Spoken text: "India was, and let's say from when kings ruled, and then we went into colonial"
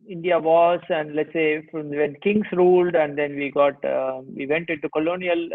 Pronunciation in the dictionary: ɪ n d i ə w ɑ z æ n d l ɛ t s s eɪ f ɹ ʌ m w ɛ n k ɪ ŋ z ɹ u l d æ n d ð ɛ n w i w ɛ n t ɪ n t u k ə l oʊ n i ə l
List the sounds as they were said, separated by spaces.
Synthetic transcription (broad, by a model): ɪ n d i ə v ɑ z æ n d l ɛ t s s eɪ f ɹ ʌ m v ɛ n k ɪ ŋ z ɹ u l d æ n d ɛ n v i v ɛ n t ɪ n t u k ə l oʊ n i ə l